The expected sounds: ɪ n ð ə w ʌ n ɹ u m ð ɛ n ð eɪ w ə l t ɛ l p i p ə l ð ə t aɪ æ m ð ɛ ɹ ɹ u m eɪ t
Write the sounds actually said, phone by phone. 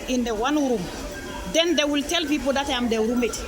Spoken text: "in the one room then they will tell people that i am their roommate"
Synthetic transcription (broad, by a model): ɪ n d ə w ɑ n ɹ u m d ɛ n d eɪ w ə l t ɛ l f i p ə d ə t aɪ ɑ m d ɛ w ɹ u m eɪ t